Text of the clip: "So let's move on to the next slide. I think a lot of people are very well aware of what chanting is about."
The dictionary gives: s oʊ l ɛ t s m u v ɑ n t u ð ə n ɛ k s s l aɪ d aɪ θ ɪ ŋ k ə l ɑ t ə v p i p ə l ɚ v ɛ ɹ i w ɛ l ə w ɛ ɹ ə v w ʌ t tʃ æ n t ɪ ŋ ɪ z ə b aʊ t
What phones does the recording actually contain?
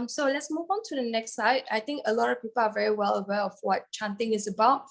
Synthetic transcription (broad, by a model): s oʊ l ɛ t s m u v ɑ n t u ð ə n ɛ k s s aɪ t aɪ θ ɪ ŋ k ə l ɑ t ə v p i p ə l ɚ v ɛ ɹ i w ɛ l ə w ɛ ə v w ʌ t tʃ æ n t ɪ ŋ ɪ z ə b aʊ t